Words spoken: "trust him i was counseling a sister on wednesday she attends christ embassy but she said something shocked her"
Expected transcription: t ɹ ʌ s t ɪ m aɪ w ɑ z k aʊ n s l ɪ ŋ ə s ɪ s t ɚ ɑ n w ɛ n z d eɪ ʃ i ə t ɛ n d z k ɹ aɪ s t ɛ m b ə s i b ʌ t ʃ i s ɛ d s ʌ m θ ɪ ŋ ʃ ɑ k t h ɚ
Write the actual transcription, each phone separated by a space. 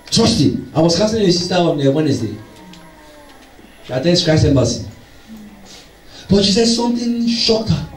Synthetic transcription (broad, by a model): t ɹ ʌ s t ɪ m aɪ w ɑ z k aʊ s ɪ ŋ ə s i s t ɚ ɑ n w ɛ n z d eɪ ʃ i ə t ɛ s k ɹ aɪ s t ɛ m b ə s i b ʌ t ʃ i s ɛ d s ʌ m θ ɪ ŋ ʃ ɑ k t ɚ